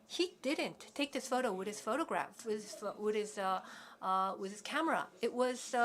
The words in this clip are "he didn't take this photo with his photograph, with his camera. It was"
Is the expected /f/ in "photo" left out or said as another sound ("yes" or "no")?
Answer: no